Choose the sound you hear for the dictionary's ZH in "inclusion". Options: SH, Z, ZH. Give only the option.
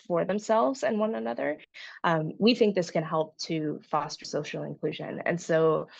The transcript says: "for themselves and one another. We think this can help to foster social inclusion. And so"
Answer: ZH